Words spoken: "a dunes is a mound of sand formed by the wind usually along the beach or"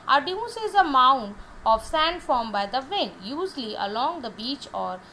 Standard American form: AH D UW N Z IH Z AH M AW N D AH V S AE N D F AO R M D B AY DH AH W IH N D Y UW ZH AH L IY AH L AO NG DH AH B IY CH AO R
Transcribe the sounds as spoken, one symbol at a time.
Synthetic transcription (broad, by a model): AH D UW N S IH Z AH M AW N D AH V S AE N D F AO R M B AY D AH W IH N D Y UW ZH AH L IY AH L AO NG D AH B IY CH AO R